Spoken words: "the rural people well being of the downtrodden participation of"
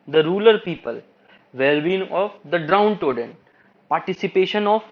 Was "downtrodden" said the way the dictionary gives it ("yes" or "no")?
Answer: no